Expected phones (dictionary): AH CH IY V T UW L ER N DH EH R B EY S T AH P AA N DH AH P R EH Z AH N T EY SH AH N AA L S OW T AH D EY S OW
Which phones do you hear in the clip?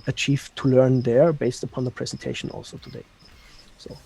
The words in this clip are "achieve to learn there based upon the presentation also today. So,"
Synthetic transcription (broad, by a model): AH CH IY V T UW L ER N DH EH R B EY S T AH P AA N DH AH P R EH Z AH N T EY SH AH N AA L S OW T AH D EY S OW